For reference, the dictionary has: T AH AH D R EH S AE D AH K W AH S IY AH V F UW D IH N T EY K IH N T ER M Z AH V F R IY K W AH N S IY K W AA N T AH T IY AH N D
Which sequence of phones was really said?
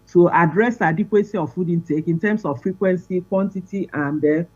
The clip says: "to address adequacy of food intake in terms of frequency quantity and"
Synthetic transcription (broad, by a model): T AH AH D R EH S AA D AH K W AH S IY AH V F UW D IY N T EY K IH N T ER M S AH F R IY K W AH N S IY K W AA N T AH T IY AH N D